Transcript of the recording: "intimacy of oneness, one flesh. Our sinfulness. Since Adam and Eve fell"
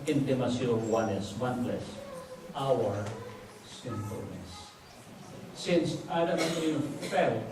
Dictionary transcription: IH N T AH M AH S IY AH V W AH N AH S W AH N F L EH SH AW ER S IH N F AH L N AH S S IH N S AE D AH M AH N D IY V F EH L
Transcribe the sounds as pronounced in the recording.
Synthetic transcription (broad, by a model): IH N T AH M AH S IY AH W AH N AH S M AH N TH L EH S AW ER S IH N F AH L N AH S S IH N S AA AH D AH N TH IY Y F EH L